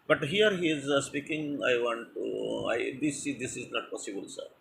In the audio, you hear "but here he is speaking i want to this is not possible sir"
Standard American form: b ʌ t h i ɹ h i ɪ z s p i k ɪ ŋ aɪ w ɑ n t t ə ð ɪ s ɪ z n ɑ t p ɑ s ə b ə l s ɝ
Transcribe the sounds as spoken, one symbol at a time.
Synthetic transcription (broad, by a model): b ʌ t h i ɹ h i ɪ z s p i k ɪ ŋ aɪ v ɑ n t s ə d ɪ s ɪ z n ɑ t p ɑ s ə b ə l s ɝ